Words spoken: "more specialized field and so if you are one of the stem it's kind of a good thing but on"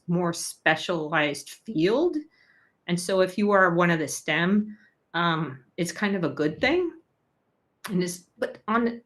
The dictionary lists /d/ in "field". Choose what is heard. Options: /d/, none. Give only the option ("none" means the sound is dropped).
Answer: /d/